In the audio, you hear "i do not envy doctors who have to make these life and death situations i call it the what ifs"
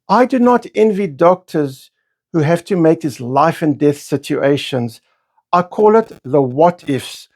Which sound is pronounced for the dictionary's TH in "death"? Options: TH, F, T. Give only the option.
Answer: TH